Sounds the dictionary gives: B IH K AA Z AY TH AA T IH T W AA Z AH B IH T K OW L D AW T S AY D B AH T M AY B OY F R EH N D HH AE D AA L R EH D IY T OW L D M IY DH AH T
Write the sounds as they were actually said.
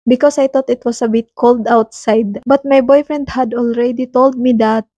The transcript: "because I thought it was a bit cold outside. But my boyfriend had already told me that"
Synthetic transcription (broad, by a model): B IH K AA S AY T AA T IH T W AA S AH B IH T K OW L D AW T S AY D B AH T M AY B OY F R EH N D HH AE D AA L R EH D IY T OW L D M IY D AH T